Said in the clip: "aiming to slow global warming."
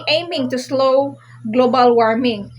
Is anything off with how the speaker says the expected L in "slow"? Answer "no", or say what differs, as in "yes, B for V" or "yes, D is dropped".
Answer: no